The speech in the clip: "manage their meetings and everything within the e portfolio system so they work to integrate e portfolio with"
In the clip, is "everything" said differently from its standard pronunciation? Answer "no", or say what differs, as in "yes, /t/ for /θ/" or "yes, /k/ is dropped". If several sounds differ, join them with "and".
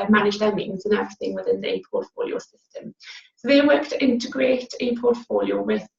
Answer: no